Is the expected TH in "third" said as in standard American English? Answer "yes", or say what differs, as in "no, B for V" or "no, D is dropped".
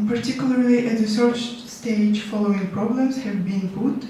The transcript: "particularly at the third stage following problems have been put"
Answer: no, S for TH